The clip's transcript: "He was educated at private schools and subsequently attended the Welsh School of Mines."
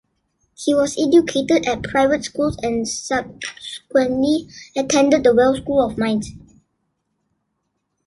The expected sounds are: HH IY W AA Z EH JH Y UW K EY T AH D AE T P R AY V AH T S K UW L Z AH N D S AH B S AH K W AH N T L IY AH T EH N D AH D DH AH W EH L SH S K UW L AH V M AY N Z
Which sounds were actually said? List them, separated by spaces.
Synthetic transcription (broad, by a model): HH IY W AA S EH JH Y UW K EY T AH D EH T P R AY V AH T S K UW L S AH N S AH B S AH K W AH N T L IY AH T EH N D AH D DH AH W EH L S K UW L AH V M AY N S